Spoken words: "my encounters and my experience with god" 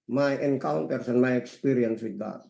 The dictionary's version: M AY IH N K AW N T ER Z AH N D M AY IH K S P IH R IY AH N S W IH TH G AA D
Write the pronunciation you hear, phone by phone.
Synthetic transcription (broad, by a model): M AY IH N K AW N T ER S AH N M AY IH K S P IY R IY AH N S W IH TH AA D